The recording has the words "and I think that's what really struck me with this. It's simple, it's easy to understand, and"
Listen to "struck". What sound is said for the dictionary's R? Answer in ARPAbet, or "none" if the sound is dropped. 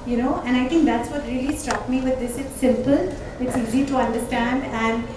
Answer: R